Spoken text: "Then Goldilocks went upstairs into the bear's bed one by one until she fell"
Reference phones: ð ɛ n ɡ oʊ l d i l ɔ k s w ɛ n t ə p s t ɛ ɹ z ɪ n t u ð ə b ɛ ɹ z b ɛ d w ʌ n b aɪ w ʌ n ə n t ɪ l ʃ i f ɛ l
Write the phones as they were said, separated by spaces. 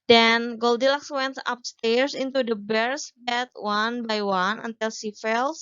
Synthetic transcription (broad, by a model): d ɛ n ɡ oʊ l d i l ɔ k s w ɛ n t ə p s t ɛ ɹ s ɪ n t u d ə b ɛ ɹ s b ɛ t w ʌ n b aɪ w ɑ n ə n t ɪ l s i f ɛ l